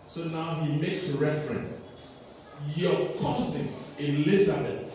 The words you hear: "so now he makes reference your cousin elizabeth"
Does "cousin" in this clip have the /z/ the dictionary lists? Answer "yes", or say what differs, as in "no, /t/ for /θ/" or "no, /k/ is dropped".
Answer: no, /s/ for /z/